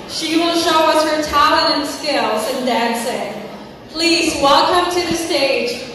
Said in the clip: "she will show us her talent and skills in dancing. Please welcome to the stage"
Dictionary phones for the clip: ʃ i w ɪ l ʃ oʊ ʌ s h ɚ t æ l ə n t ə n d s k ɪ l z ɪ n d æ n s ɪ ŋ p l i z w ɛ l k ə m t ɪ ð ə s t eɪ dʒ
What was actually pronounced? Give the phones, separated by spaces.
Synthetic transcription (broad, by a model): ʃ i w ɪ l ʃ oʊ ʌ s h ɚ t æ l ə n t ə n s k ɪ l z ɪ n d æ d s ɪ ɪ p l i z w ɛ l k ə m t ɪ ð ə s t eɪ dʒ